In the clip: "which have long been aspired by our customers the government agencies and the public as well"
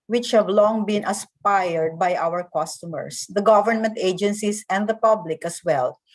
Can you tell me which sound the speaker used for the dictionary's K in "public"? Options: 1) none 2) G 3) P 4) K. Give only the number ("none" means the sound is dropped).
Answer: 4